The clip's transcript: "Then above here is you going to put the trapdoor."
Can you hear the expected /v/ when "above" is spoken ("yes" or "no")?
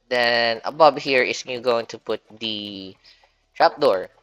no